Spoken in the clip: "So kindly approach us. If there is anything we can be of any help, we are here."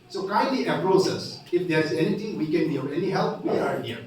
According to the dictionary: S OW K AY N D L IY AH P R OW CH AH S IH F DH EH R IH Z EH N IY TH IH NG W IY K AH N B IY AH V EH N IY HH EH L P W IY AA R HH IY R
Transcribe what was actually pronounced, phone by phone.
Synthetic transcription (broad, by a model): S OW K AY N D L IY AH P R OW S AH S IH F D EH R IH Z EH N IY T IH NG W IY K AH N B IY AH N EH N IY HH EH L P W IY AA R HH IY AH